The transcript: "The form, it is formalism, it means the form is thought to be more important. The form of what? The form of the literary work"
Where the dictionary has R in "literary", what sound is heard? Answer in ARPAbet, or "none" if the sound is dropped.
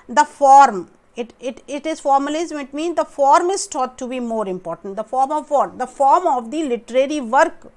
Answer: R